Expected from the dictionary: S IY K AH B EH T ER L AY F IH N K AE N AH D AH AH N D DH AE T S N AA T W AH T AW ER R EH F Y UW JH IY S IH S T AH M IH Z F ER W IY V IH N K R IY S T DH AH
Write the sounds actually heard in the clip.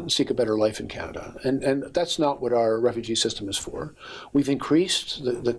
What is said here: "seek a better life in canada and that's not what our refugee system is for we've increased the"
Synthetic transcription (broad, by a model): S IY K AH B EH T ER L AY F IH N K AE N AH D AH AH N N DH AE T S N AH T W AH T AW ER R EH F Y UW JH IY S IH S T AH M IH Z F ER W IY V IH N K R IY S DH DH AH